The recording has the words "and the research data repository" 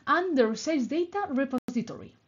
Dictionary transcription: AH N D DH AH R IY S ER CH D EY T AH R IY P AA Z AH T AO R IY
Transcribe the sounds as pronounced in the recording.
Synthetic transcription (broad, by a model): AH N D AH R S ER S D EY T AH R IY P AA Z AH T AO R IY